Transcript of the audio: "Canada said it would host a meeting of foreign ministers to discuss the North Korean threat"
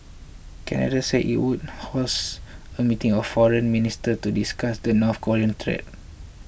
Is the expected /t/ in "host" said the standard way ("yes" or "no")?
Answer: no